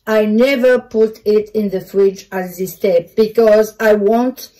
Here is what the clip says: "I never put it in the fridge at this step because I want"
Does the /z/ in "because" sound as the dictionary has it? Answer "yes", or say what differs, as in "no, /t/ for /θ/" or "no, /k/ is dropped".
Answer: yes